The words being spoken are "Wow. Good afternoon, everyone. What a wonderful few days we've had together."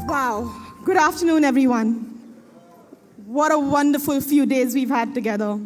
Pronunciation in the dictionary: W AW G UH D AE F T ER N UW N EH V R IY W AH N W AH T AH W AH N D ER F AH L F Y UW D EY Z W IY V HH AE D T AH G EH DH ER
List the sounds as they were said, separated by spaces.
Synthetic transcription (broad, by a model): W AW G UH D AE F T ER N UW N EH V R IY W AH N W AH T AH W AH N D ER F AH L F Y UW D EY Z W IY V HH AE D T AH G EH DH ER